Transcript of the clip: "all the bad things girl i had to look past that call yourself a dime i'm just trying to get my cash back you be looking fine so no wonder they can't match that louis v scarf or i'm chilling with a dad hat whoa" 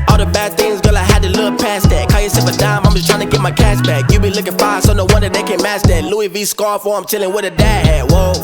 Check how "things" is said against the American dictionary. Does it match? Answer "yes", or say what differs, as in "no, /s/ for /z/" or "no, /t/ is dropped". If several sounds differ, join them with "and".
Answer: yes